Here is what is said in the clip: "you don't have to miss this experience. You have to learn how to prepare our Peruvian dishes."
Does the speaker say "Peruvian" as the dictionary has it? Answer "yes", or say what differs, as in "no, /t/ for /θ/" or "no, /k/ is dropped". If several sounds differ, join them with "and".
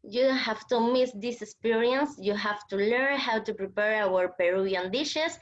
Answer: no, /v/ is dropped